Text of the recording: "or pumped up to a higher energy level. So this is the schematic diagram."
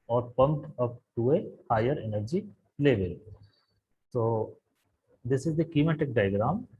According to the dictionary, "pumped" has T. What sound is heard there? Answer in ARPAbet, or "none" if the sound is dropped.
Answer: none